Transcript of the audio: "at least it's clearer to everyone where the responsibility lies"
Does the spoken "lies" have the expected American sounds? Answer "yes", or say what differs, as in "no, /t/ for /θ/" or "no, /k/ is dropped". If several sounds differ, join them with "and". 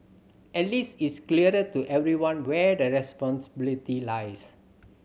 no, /s/ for /z/